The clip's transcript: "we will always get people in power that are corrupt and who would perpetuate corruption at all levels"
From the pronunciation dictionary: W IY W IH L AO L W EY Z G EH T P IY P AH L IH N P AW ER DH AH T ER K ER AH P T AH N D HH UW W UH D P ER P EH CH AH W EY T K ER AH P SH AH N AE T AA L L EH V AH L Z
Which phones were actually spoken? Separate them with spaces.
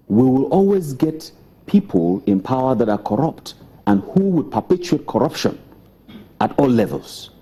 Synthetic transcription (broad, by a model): W IY W IH L AO L W EY Z G EH T P IY P AH L IH N P AW ER DH AH T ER K ER AH P T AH N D HH UW W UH D P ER P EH CH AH EY T K ER AH P SH AH N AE T AA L L EH V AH L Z